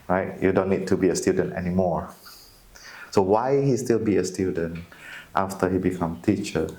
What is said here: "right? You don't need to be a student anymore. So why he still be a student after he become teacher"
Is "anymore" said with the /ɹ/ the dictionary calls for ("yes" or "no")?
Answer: yes